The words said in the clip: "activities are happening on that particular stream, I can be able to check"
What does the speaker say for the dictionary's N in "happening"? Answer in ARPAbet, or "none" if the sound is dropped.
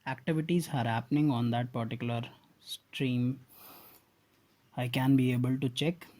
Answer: N